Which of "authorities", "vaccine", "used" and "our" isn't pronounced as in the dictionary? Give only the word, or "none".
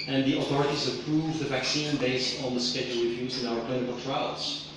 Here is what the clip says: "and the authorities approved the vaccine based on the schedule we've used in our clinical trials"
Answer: used